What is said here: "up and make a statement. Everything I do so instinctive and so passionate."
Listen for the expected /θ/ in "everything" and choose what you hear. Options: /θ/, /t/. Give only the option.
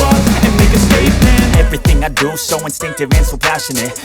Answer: /θ/